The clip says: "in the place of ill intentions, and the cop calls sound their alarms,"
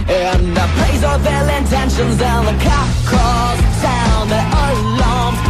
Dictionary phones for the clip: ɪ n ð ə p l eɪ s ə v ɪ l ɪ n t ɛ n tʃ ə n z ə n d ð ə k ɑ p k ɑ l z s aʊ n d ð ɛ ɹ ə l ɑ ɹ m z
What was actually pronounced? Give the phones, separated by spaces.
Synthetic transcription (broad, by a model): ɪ n ð ə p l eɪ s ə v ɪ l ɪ n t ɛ n ʃ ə n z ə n ð ə k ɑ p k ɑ z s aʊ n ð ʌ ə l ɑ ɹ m